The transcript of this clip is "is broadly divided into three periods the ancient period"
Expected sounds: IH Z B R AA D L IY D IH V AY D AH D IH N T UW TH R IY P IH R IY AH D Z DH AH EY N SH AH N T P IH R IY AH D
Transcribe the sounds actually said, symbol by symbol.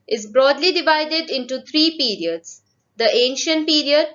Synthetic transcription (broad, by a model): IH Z B R AA D L IY D IH V AY D AH D IH N T UW T R IY P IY R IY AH D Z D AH EY N SH AH N T P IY R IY AH D